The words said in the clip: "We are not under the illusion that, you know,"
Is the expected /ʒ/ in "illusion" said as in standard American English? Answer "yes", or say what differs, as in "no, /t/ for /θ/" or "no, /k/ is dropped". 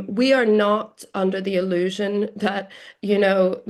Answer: yes